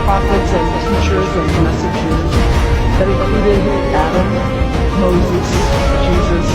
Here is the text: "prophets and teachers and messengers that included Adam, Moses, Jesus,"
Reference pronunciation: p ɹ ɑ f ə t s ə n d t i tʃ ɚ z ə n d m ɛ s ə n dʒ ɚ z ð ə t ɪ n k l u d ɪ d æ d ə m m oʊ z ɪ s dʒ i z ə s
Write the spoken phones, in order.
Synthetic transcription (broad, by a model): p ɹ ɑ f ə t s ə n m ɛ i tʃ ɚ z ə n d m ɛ s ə dʒ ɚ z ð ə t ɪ k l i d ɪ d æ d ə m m oʊ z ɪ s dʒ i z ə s